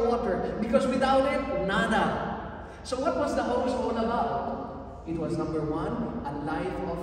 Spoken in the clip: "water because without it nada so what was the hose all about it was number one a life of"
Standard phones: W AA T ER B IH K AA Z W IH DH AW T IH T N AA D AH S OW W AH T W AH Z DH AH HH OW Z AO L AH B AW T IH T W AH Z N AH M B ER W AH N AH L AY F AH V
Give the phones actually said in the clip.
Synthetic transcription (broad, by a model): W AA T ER B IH K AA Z W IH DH AW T IH T N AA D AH S OW W AH T W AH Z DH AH HH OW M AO N AH B AW T IH T W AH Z N AH M B ER W AH N AH L AY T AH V